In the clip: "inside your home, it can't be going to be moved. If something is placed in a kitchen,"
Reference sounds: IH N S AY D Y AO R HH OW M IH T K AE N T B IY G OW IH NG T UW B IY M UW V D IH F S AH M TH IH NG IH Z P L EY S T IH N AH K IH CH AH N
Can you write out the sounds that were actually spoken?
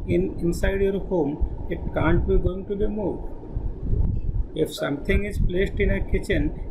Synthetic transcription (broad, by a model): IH N S AY D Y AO R HH OW M IH T K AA N T B IY G OW IH NG T UW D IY M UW D IH F S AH M T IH NG IH Z P L EY S T IH N AH K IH CH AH N